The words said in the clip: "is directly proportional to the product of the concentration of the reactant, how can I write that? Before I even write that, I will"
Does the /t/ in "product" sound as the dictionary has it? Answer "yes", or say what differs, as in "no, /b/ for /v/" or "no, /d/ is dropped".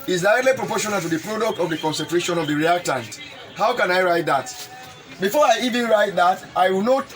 yes